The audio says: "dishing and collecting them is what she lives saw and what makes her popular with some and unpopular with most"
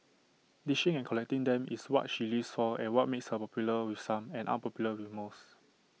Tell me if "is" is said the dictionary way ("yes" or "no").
no